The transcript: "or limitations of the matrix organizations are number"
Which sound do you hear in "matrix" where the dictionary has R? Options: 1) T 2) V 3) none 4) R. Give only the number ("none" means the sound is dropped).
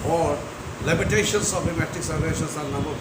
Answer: 3